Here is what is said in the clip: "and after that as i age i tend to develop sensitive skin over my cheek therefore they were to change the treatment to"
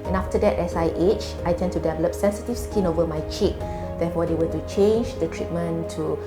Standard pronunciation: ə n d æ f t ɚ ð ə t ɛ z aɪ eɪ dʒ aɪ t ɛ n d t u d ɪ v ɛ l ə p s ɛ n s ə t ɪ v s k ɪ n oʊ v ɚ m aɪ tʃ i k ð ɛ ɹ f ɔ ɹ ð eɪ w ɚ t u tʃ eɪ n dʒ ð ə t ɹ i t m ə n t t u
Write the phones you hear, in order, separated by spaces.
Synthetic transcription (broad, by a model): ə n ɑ f t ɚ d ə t ɛ s aɪ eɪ tʃ aɪ t ɛ n t u d ɪ v ɛ l ə p s ɛ n s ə t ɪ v s k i n oʊ v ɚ m aɪ tʃ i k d ɛ f ɔ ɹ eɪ w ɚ t u tʃ eɪ n dʒ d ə t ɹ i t m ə n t t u